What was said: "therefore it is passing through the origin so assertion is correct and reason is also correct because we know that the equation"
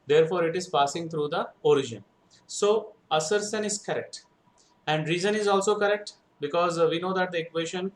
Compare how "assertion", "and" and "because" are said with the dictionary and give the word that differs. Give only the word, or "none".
assertion